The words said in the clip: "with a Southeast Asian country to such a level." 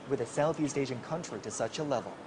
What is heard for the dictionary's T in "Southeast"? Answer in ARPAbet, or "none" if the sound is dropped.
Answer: T